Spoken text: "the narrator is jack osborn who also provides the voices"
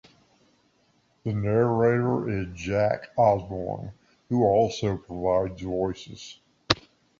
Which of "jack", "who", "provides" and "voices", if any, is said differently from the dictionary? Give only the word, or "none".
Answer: none